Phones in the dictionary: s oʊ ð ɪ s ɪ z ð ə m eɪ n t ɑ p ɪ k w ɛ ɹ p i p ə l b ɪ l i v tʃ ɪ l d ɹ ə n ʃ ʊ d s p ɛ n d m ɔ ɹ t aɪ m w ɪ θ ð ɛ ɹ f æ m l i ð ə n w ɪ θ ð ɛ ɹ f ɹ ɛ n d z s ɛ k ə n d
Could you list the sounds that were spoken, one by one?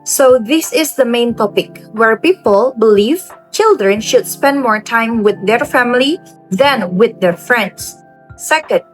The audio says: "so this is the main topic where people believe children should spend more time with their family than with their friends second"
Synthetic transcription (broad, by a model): s oʊ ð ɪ s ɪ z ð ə m eɪ n t ɑ p ɪ k w ɛ ɹ p i p ə l b ɪ l i v tʃ ɪ l d ɹ ə n ʃ ʊ d s p ɛ n d m ɔ ɹ t aɪ m w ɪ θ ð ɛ ɹ f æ m l i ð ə n w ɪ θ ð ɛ ɹ f ɹ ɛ n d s s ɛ k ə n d